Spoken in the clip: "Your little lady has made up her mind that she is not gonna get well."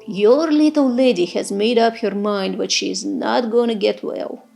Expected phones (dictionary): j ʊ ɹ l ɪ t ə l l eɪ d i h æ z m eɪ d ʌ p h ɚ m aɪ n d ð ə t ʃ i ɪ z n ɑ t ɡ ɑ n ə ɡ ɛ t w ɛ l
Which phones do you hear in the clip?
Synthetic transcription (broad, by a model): j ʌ ɹ l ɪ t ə l l eɪ d i h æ z m eɪ d ʌ p h ɚ m aɪ n d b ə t ʃ i ɪ z n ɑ t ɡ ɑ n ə ɡ ɛ t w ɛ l